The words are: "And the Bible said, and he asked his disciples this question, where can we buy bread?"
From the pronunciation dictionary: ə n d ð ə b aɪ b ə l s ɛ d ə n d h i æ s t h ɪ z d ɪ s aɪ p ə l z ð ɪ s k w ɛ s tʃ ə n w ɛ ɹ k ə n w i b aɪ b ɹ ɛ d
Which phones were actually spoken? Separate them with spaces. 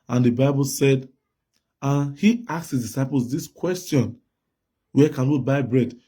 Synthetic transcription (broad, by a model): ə n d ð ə b aɪ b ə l s ɛ d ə n h i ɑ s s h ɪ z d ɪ s aɪ p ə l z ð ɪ s k w ɛ s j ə n w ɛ k ə n w i b aɪ b ɹ ɛ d